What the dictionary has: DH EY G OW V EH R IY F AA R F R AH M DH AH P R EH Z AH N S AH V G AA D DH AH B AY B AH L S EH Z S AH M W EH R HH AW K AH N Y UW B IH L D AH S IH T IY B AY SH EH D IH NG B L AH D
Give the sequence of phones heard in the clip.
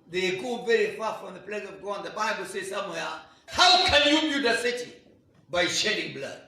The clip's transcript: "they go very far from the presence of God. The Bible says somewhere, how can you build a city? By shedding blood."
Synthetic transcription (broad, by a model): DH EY G OW V EH R IY F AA F R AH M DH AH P L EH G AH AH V G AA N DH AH B AY B AH L S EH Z S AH M W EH HH AW K AH N Y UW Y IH D AH S IH T IY B AY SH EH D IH NG B L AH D